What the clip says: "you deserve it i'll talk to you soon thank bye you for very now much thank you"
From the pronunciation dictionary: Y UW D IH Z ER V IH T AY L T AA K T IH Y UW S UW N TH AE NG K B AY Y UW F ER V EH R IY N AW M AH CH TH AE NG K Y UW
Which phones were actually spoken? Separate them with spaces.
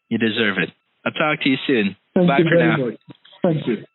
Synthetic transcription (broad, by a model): Y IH D IH Z ER V IH T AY T AA K T IH Y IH S UW N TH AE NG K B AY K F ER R N AW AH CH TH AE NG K Y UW